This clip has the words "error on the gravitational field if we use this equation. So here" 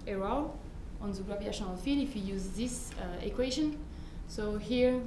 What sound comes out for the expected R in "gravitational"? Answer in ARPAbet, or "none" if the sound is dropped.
L